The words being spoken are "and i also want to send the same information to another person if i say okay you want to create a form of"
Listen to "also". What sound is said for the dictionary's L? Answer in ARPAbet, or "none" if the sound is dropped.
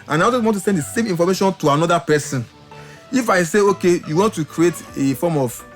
none